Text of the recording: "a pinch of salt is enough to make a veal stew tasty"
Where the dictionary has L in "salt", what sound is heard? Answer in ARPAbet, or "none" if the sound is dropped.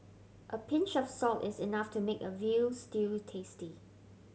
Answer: L